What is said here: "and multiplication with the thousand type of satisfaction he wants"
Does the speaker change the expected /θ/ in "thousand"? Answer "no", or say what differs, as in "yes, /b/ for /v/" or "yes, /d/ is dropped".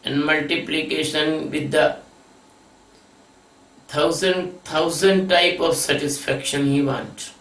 yes, /t/ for /θ/